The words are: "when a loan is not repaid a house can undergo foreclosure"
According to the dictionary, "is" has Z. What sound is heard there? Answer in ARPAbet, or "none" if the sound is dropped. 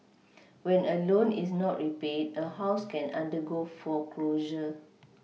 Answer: S